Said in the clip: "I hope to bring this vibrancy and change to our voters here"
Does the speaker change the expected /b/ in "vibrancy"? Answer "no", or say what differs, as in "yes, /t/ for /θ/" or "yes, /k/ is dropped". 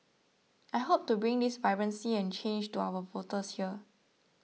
yes, /b/ is dropped